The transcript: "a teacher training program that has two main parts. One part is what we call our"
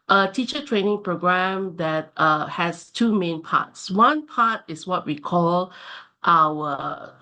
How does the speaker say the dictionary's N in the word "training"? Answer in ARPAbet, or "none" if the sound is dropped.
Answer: N